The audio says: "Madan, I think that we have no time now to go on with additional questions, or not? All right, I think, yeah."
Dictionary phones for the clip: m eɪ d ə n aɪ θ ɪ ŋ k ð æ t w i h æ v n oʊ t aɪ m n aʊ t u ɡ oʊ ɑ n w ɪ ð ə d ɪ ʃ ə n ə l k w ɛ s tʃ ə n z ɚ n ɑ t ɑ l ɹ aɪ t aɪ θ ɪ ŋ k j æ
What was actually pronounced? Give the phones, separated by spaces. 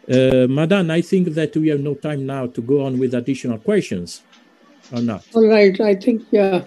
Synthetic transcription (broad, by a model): m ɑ d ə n aɪ θ ɪ ŋ k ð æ t w i h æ v n oʊ t aɪ m n aʊ t u ɡ oʊ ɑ n w ɪ ð ə d ɪ ʃ ə n ə l k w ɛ s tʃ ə n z ɚ n ɑ t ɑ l ɹ aɪ t aɪ θ ɪ ŋ k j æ